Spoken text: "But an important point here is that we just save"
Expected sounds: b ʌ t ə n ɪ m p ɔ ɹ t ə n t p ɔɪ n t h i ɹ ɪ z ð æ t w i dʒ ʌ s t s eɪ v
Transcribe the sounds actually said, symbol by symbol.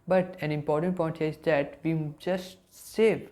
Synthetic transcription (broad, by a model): b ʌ t ə n ɪ m p ɔ ɹ t ə n t p ɔɪ n t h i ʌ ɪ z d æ t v i dʒ ʌ s t s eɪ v